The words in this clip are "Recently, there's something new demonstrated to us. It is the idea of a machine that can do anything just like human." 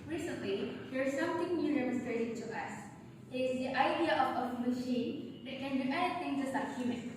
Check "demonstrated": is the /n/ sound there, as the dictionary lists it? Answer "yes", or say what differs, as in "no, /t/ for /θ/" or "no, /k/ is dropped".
no, /n/ is dropped